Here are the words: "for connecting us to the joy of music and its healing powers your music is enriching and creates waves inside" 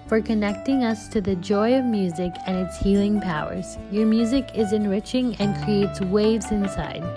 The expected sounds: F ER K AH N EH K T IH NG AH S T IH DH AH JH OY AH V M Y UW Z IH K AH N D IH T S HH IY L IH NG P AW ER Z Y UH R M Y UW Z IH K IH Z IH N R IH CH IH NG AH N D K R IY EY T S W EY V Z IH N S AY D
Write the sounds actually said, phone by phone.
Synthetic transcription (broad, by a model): F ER K AH N EH K T IH NG AH S T IH DH AH JH OY AH V M Y UW Z IH K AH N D IH T S HH IY L IH NG P AW ER Z Y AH R M Y UW Z IH K IH Z IH N R IH CH IH NG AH N K R IY EY T S W EY V Z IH N S AY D